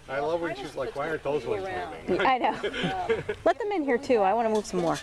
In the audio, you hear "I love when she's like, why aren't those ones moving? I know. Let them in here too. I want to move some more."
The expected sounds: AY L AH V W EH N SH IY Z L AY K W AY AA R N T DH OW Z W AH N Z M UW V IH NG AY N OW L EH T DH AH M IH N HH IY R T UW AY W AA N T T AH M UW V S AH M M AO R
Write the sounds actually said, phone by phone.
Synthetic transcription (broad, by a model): AY L AH V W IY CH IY L AY K W AY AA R T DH OW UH Z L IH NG AY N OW L EH T DH AH M IH N HH IY R T UW AY W AA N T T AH M UW V S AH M M AO R